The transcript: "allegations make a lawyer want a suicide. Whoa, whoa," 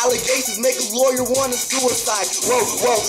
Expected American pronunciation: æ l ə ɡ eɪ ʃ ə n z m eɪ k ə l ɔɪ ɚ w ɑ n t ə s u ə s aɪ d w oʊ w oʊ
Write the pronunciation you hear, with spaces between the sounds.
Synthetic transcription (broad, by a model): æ l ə ɡ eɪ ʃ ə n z m eɪ k ə l ɔɪ ɚ w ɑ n ə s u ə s aɪ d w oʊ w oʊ